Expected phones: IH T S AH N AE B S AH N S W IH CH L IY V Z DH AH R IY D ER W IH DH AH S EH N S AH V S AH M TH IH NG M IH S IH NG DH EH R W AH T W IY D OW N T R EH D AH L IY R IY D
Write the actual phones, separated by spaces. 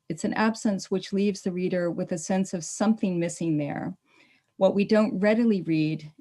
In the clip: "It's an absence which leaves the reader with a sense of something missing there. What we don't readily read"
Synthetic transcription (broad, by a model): IH T S AH N AE B S AH N S W IH CH L IY V Z DH AH R IY D ER W IH DH AH S EH N S AH V S AH M TH IH NG M IH S IH NG DH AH R W AH T W IY D OW N T R EH D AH L IY R IY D